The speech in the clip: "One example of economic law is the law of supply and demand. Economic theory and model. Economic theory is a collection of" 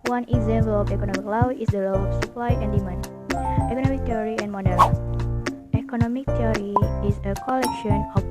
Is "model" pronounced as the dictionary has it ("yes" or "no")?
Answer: no